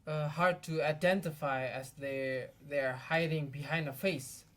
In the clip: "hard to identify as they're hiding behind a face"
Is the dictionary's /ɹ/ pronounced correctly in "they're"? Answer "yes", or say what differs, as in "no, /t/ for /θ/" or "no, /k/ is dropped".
yes